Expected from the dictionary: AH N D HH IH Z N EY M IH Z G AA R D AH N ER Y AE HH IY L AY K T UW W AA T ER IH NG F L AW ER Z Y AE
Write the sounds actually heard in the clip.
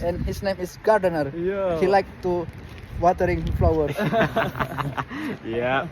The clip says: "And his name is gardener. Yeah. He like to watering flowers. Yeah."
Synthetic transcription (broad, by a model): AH N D HH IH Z N EY M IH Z G AA R D AH N ER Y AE HH IY L AY K T UW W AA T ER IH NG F L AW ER Y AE